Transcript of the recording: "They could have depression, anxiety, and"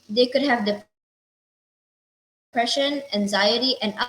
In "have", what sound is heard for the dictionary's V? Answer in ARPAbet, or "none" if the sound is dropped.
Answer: V